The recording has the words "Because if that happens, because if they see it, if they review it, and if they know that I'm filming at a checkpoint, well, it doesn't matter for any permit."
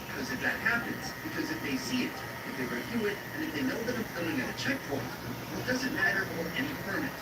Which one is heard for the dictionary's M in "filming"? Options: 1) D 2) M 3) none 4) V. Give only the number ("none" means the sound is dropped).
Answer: 3